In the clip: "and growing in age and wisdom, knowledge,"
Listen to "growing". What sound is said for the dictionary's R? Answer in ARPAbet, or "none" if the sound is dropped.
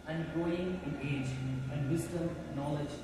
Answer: none